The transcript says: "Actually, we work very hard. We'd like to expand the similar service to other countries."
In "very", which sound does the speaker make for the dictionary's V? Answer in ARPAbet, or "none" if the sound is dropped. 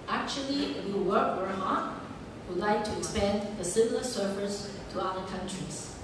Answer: W